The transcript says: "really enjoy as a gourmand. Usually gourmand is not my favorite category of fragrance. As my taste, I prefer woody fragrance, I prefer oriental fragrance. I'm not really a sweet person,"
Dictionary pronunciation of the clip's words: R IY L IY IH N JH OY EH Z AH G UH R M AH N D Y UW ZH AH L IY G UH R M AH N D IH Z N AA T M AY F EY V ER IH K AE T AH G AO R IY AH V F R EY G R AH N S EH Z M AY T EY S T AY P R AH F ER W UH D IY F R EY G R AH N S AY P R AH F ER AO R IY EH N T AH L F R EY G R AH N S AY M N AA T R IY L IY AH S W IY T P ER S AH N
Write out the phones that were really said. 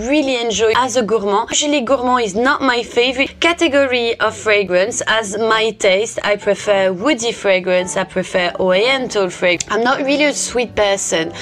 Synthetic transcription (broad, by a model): R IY L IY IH N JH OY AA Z AH G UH R M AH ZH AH L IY G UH R M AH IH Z N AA T M AY F EY V ER IH K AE T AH G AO R IY AH V F R EY G R AH N S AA Z M AY T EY S T AY P R AH F ER W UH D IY F R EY G R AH N S AY P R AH F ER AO IY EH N T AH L F R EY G AH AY M N AA T R IY L IY AH S W IY T P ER S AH N